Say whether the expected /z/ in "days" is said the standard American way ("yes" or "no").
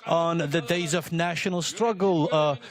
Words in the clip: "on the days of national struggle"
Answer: yes